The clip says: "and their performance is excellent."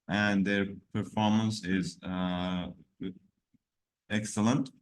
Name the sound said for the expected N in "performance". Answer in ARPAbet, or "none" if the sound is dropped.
N